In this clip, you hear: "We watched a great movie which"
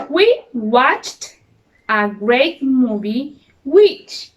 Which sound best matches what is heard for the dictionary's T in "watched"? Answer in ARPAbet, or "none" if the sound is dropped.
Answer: T